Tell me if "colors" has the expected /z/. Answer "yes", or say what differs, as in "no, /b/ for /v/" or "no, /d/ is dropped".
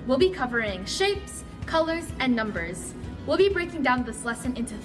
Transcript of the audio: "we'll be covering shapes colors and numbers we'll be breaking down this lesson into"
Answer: yes